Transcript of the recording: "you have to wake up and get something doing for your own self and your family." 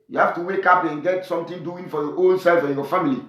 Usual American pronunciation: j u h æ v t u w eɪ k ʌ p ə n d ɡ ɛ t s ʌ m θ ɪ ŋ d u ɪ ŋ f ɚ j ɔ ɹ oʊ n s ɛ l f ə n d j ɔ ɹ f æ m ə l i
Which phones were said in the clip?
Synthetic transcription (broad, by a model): j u h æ f t u w eɪ k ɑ p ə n ɡ ɛ t s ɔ m t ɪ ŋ d u ɪ ŋ f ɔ j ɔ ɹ oʊ n s ɛ l f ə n j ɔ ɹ f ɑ m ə l i